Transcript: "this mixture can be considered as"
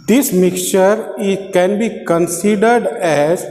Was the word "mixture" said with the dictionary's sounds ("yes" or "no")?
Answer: no